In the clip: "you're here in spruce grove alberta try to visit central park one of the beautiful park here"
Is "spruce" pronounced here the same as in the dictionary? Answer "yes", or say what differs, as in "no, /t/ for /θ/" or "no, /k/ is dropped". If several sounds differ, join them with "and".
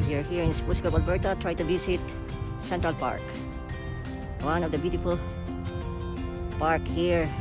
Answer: no, /ɹ/ is dropped